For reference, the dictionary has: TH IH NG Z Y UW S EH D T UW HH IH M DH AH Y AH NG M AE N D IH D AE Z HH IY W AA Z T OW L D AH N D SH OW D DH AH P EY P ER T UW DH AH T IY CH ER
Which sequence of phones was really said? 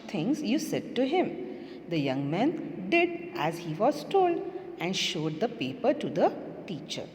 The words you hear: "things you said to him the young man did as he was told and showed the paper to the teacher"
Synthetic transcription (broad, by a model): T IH NG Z Y UW S EH D T UW HH IH M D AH Y AH NG M AE N D IH D AE Z HH IY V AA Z T OW L D AH N D SH OW D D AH P EY P ER T UW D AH T IY CH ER